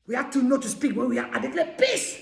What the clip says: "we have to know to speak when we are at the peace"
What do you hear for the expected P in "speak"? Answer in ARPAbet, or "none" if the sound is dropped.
P